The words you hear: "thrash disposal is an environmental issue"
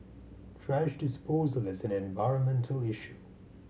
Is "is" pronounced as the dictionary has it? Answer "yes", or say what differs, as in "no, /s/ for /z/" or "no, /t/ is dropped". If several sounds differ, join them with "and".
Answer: yes